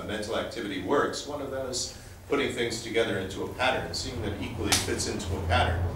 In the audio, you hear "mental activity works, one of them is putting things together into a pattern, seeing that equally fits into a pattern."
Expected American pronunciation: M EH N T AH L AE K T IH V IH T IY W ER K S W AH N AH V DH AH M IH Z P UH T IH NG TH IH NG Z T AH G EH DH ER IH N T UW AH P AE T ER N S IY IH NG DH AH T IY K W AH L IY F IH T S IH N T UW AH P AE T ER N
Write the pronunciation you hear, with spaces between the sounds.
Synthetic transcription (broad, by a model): M EH N T L AE K T IH V IH T IY W ER K S W AH N AH V DH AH IH Z P UH T IH NG TH IH NG Z T AH G EH DH ER IH N T UW AH P AE T ER N S IY IH NG DH AH T IY K W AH L IY F IH T S IH N T UW AH P AE T ER N